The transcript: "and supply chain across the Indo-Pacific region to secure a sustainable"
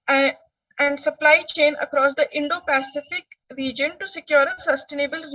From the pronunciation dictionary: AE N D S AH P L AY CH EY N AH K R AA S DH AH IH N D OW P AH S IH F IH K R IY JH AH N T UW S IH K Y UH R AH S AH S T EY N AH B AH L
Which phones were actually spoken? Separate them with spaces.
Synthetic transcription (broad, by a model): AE N D S AH P L AY CH EY N AH K R AA S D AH IH N D OW P AH S IH F IH K R IY JH AH N T UW S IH K Y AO R AH S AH S T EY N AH B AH L